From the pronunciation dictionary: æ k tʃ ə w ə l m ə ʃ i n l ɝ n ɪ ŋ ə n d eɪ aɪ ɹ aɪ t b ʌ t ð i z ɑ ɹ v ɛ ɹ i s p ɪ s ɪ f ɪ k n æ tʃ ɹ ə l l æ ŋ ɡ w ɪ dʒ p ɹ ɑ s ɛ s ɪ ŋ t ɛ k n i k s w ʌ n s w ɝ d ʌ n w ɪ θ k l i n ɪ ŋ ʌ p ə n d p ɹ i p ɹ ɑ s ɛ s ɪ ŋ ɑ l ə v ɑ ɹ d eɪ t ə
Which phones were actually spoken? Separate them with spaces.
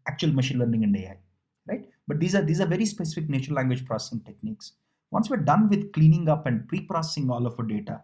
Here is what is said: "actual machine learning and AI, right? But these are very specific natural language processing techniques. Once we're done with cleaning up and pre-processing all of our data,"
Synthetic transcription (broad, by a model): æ k tʃ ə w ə l m ə ʃ i n l ɝ n ɪ ŋ ə n d eɪ aɪ ɹ aɪ t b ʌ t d i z ɑ ɹ v ɛ ɹ i s p ɪ s ɪ f ɪ k n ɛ tʃ ə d l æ ŋ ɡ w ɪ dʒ p ɹ ɑ s ɛ s ɪ ŋ t ɛ k n i k s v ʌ n s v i d ʌ n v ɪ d k l i n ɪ ŋ ʌ p ə n d p ɹ i p ɹ ɑ s ɛ s ɪ ŋ ɑ l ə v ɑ d eɪ t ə